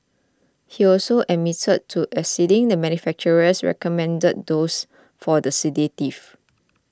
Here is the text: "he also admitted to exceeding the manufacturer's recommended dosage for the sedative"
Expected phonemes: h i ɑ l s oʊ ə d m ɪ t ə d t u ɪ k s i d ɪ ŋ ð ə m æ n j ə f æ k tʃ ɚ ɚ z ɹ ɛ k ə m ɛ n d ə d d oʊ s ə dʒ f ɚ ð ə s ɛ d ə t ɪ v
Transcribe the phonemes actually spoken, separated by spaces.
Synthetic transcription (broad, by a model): h i ɑ l s oʊ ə m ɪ t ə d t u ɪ s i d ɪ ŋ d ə m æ n j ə f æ k tʃ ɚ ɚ s ɹ ɛ k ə m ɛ n d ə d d oʊ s f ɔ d ə s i d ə t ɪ f